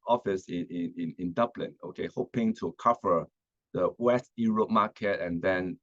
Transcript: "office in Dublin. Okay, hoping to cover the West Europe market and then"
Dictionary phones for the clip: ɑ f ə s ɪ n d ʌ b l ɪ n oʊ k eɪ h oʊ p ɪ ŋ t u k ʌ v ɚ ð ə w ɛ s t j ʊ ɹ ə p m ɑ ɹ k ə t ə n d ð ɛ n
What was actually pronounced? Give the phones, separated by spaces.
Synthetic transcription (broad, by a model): ɑ f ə s ɪ n d ʌ b l ɪ n oʊ k eɪ h oʊ p ɪ ŋ t u k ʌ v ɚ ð ə w ɛ s t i ɹ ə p m ɑ k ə t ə n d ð ɛ n